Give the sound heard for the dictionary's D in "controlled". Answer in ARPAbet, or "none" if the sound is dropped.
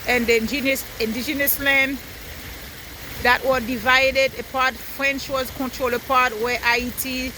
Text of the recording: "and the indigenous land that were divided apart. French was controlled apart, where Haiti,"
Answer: none